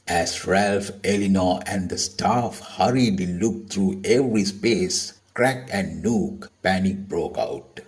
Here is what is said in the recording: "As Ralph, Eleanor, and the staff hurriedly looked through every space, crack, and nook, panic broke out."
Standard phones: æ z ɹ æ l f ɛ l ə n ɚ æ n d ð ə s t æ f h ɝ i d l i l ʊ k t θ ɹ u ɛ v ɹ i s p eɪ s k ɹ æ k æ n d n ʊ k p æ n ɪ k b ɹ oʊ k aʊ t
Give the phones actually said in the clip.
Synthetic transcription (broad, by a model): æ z ɹ æ l f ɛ l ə n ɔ æ n d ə s t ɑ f h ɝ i d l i l ʊ k t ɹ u ɛ v ɹ i s p eɪ s k ɹ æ k æ n d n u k p æ n ɪ k b ɹ oʊ k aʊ t